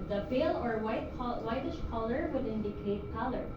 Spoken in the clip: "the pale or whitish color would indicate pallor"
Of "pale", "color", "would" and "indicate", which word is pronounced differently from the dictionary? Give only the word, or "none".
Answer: pale